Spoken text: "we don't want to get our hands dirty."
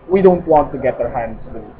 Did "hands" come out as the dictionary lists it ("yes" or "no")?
no